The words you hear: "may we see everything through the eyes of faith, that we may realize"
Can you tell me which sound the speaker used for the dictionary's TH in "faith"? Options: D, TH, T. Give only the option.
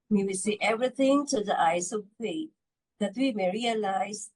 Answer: T